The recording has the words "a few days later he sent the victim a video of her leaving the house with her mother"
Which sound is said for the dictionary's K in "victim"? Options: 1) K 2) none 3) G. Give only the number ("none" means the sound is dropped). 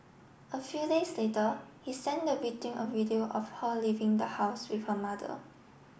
2